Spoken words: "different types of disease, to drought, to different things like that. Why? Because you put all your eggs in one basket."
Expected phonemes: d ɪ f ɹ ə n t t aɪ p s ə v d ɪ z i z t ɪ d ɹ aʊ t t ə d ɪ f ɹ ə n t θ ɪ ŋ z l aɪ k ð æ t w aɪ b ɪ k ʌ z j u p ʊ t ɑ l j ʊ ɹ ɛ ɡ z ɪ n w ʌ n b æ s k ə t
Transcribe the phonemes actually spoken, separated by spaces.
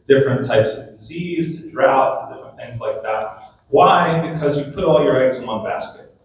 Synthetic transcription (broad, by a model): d ɪ f ɹ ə n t t aɪ p s ə v d ɪ z i z t ɪ d ɹ aʊ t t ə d ɪ f ɹ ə n θ ɪ ŋ z l aɪ k ð æ t w aɪ b ɪ k ʌ z j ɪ p ʊ t ɑ l j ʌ ɹ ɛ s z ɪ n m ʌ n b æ s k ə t